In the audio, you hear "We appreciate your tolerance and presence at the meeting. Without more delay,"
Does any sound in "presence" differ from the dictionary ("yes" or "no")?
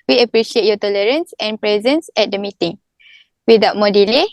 no